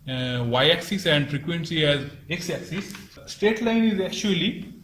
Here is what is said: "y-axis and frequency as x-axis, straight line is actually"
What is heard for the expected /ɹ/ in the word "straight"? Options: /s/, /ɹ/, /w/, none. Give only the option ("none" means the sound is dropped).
none